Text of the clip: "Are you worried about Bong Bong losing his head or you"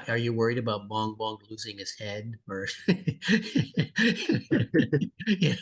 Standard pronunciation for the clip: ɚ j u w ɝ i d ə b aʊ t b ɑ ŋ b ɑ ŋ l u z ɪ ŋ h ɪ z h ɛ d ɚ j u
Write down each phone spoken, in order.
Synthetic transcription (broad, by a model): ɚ j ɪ w ɝ i d ə b aʊ t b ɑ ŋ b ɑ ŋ l u z ɪ ŋ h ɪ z h ɛ d ɚ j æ